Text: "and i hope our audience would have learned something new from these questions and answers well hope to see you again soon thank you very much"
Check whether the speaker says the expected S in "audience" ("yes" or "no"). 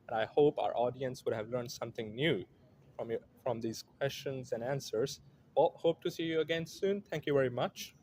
yes